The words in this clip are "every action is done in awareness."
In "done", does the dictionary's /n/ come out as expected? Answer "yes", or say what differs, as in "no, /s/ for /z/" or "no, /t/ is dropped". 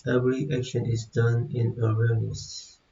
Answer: yes